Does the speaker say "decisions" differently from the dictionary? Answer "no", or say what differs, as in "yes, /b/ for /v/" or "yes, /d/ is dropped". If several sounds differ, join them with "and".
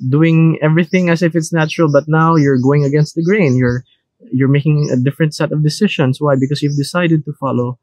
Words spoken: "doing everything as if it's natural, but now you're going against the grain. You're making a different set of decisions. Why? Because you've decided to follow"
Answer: yes, /ʃ/ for /ʒ/ and /s/ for /z/